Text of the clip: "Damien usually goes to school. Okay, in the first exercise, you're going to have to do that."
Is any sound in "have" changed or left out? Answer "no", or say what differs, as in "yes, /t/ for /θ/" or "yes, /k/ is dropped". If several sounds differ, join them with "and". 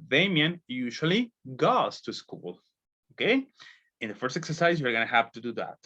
yes, /p/ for /v/